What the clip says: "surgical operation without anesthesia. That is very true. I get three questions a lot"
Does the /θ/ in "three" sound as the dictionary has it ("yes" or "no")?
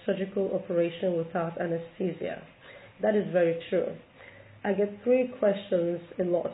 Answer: yes